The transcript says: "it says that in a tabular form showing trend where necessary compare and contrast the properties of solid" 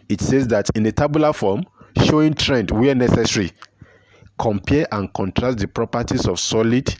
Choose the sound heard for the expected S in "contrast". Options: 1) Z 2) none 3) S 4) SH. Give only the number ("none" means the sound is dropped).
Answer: 2